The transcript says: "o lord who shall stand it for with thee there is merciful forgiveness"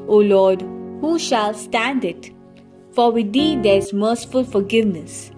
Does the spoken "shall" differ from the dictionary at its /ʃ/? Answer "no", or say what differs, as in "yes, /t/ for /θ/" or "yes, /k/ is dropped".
no